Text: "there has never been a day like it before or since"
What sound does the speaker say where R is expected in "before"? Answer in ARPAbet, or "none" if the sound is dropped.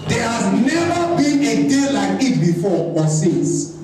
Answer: W